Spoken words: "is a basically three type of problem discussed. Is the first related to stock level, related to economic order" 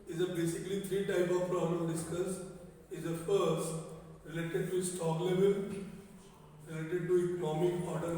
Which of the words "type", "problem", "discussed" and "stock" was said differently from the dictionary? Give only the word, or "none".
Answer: discussed